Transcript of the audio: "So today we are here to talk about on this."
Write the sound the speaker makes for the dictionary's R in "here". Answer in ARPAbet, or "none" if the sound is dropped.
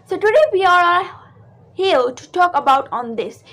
L